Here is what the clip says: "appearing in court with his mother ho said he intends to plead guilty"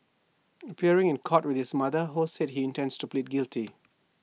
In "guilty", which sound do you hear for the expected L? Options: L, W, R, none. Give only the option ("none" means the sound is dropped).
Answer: L